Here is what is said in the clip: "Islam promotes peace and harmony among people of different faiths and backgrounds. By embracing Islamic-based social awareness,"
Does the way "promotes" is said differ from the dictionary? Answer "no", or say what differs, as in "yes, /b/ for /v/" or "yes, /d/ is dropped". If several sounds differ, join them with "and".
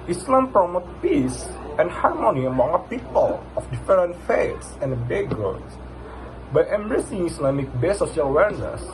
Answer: yes, /s/ is dropped